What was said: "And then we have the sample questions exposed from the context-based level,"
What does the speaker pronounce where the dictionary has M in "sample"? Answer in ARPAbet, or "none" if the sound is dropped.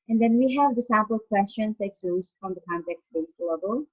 none